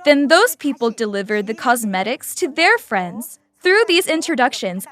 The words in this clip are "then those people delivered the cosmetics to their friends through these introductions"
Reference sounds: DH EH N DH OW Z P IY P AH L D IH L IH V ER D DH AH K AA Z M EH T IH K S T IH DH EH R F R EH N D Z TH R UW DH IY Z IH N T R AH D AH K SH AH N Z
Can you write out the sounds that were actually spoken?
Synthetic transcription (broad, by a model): DH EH N DH OW Z P IY P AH L D IH L IH V ER D DH AH K AA Z M EH T IH K S T IH DH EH R F R EH N D Z TH R UW DH IY Z IH N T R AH D AH K SH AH N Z